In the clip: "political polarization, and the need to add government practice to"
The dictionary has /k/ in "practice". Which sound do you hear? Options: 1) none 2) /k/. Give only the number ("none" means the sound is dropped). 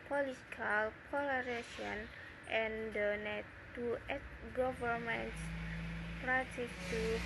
1